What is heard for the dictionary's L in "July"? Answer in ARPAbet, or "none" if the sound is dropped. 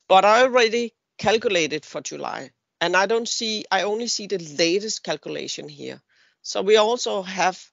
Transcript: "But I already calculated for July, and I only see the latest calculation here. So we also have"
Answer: N